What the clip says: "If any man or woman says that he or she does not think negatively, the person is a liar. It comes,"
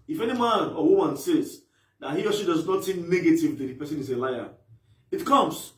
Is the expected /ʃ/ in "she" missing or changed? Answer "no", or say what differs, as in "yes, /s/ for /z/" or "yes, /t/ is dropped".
yes, /s/ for /ʃ/